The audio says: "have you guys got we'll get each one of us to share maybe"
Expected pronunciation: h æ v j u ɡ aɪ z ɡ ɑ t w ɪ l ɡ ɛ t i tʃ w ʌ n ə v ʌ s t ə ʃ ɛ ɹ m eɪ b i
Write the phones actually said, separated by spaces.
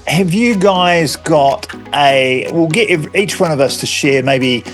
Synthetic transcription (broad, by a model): h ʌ v j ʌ ɡ aɪ z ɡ ɑ t w ɪ l ɡ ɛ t i tʃ w ʌ n ə v ʌ s t ə ʃ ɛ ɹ m eɪ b i